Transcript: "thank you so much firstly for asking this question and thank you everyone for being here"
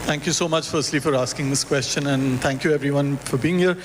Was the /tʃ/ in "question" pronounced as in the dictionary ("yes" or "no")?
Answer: yes